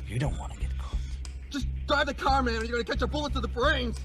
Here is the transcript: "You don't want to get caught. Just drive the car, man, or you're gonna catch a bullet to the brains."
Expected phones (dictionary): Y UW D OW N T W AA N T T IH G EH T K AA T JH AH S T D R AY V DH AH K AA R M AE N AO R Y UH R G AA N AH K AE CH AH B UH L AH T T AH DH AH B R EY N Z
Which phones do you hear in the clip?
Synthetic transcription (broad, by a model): Y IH D OW N T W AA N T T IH G EH T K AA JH AH S D R AY V DH AH K AA R M AE N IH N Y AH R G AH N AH K AE CH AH B UH L AH T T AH DH AH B R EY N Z